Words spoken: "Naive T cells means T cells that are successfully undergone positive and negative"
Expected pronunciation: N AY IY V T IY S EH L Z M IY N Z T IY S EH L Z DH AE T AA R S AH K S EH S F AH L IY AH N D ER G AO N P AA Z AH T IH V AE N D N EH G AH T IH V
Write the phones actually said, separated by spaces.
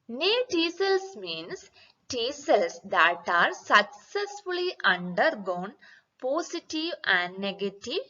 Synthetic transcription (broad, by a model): N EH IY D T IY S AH L S M IY N S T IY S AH L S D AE T AA R S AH K S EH S F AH L IY AH N D ER G AO N P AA S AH T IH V AE N D N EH G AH T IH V